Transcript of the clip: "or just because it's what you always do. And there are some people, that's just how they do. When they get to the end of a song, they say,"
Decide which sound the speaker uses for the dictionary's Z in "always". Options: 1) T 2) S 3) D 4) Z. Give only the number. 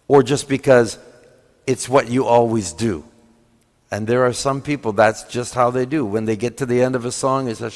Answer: 4